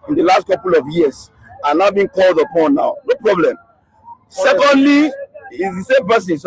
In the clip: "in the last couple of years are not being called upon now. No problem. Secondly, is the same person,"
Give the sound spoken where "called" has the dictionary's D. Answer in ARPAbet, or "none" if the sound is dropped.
D